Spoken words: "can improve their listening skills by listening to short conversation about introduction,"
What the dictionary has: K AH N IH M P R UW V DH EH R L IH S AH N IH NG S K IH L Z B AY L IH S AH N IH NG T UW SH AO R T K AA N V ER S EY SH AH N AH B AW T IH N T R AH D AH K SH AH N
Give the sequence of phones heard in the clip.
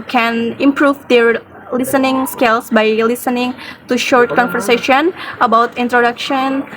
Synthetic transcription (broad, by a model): K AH N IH M P R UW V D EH R L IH S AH N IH NG S K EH L S B AY L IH S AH N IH NG T UW SH AO R T K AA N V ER S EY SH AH N AH B AW T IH N T R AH D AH K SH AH N